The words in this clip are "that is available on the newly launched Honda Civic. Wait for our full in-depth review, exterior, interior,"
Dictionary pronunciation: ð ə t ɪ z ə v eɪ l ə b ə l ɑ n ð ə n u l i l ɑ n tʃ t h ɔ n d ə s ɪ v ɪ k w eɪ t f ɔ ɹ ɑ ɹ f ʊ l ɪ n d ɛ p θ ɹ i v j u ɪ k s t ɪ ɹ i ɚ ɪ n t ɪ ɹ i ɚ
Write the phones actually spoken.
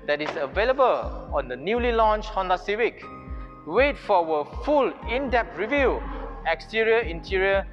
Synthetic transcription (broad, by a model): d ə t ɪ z ə v eɪ l ə b ə l ɑ n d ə n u l i l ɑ n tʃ h ɔ n d ə s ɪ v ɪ k w eɪ t f ɔ w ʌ f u l ɪ n d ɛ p t ɹ i v j u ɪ k s t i ɹ i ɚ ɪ n t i ɹ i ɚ